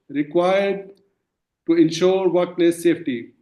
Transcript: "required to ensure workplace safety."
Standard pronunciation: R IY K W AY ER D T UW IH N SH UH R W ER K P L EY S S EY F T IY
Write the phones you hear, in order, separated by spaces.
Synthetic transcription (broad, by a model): R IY K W AY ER D T UW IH N SH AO R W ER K L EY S S EY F T IY